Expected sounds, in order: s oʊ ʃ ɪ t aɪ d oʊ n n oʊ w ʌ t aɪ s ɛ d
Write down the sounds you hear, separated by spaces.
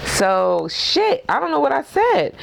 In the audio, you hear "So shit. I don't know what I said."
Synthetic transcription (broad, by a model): s oʊ ʃ ɪ t aɪ d oʊ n n oʊ w ʌ t aɪ s ɛ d